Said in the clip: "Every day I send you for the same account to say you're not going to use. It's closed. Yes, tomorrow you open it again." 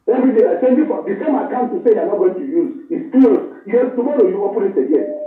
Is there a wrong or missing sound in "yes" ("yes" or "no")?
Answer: yes